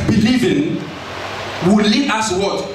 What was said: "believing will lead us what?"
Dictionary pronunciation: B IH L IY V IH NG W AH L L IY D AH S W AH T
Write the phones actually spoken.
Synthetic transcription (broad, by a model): B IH L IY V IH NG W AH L L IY AH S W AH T